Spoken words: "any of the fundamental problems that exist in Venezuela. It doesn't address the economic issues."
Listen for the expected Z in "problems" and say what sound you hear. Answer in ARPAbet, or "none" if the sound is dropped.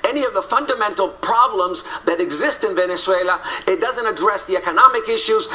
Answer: Z